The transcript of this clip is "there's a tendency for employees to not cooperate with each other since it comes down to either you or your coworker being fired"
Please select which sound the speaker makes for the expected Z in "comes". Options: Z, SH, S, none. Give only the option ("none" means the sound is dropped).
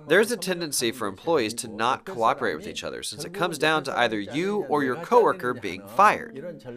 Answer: Z